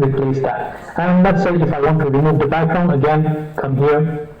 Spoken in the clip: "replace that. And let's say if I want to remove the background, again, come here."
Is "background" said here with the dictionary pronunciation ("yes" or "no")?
no